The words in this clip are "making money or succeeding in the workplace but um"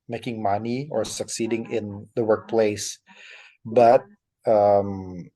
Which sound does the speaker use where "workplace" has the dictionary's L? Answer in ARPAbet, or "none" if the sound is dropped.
L